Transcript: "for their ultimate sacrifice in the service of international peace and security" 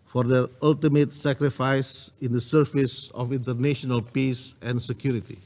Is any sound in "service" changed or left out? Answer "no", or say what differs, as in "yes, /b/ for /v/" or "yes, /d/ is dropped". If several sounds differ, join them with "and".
yes, /f/ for /v/